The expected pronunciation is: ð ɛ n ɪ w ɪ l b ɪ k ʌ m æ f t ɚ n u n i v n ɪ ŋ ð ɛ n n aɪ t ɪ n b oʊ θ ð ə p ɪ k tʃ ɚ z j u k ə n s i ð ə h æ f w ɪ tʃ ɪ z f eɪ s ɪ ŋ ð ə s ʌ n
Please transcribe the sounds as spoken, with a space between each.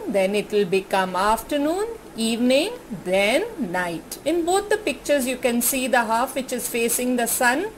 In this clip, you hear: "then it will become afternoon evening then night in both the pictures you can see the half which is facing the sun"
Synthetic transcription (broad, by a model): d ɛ n ɪ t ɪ l b ɪ k ʌ m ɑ f t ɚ n u n i v n ɪ ŋ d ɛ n n aɪ t ɪ n b oʊ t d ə p ɪ k tʃ ɚ z j u k ə n s i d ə h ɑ f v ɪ tʃ ɪ z f eɪ s ɪ ŋ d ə s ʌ n